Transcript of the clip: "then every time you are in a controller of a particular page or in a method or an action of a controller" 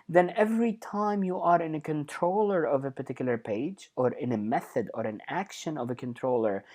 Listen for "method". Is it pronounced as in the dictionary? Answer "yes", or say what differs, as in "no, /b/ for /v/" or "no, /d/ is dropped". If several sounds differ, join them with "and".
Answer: yes